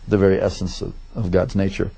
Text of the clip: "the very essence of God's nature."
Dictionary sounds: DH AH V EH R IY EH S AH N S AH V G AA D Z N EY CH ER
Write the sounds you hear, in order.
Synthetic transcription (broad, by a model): DH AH V EH R IY EH S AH N S AH V G AA D Z N EY CH ER